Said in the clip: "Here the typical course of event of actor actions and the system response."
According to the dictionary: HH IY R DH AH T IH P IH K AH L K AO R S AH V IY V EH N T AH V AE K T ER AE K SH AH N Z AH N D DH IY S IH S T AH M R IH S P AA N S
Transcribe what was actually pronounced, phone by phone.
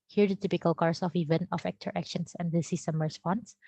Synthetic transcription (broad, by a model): HH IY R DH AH T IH P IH K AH L K AO R S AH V IY V EH N T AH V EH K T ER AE K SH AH N S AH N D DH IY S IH S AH M R S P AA N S